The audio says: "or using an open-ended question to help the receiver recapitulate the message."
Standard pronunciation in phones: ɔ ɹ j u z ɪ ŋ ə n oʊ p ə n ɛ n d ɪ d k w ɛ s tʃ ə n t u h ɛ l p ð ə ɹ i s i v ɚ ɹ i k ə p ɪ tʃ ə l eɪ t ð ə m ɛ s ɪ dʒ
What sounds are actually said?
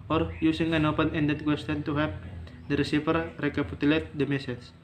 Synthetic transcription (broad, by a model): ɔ ɹ j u s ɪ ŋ ə n oʊ p ə n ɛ n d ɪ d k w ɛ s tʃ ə n t u h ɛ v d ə ɹ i s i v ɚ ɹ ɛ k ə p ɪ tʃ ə l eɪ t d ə m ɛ s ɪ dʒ